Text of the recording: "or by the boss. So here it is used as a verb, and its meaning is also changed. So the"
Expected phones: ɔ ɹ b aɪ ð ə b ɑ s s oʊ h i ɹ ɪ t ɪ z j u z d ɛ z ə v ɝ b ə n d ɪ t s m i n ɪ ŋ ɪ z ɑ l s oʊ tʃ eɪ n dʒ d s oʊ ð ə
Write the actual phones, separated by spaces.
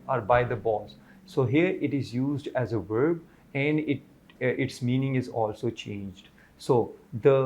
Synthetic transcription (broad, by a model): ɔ ɹ b aɪ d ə b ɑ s s oʊ h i ɹ ɪ t ɪ z j u z d ɛ z ə v ɝ b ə n d ɪ t s m i n ɪ ŋ ɪ z ɑ l s oʊ tʃ eɪ n dʒ d s oʊ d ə